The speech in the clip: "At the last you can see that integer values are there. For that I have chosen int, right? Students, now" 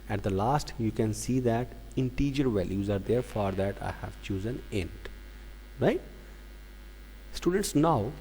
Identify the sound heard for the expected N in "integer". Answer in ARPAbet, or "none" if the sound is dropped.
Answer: N